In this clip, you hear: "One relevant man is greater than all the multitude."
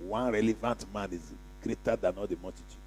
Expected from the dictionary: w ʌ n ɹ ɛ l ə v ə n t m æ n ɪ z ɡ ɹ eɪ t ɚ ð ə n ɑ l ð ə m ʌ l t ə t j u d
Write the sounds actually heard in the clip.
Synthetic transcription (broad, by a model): w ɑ n ɹ ɛ l ə v ə n t m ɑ n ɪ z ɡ ɹ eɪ t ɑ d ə n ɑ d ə m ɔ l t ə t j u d